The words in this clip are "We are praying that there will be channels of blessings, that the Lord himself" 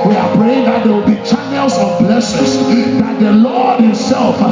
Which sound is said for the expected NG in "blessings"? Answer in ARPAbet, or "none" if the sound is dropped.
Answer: none